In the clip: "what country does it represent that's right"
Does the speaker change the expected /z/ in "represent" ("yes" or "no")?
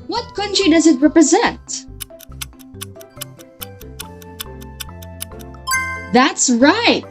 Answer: no